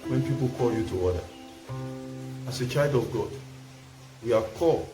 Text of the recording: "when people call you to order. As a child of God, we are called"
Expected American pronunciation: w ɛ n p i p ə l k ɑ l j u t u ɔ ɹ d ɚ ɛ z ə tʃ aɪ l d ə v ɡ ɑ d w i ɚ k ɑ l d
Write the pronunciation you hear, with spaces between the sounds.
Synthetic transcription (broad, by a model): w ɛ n p i p ə l k ɑ l j u t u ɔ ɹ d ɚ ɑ s ə tʃ aɪ d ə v ɡ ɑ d w i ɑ k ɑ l